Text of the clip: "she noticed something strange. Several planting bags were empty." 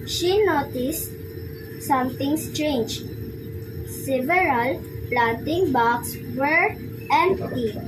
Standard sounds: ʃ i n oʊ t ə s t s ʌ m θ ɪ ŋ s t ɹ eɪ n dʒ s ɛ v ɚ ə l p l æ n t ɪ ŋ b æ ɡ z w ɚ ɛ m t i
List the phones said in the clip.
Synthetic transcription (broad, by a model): ʃ i n oʊ t ə s t s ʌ m t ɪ ŋ s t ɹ eɪ n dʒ s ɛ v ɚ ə l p l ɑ n t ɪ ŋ b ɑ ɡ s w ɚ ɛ m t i